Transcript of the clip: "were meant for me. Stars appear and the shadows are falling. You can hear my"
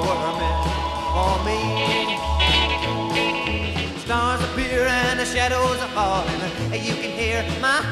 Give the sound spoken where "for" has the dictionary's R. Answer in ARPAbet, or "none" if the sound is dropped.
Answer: L